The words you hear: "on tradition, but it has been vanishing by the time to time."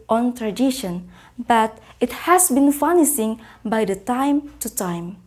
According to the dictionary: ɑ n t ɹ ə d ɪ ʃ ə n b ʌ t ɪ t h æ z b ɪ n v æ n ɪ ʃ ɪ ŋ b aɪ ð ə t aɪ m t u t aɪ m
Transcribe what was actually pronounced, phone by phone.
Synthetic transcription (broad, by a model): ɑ n t ɹ ə d ɪ ʃ ə n b ʌ t ɪ t h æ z b ɪ n f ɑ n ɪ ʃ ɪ ŋ b aɪ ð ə t aɪ m t u t aɪ m